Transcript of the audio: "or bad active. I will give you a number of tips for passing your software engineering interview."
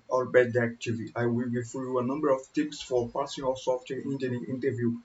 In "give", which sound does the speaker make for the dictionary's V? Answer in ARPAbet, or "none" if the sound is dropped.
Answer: F